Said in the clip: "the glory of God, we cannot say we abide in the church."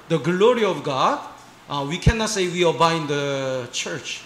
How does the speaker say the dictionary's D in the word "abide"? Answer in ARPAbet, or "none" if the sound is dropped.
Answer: none